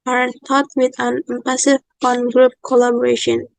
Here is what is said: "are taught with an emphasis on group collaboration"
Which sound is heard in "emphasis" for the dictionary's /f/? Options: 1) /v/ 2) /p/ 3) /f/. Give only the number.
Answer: 2